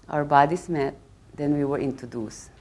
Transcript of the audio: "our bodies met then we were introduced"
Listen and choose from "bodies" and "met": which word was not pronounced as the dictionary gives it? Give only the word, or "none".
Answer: bodies